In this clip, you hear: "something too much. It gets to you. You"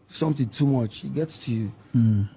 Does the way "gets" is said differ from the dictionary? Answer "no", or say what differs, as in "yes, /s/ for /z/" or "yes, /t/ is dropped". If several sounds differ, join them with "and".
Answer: no